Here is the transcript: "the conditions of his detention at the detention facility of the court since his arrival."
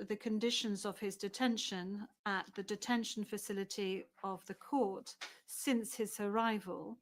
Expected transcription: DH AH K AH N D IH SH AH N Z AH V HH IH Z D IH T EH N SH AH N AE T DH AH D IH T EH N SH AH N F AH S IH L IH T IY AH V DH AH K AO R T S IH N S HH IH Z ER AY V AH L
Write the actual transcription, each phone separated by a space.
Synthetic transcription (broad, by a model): DH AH K AH N D IH SH AH N Z AH V IH Z D IH T EH N SH AH N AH T DH AH D IH T EH N SH AH N F AH S IH L IH T IY AH V DH AH K AO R T S IH N S HH IH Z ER AY V AH L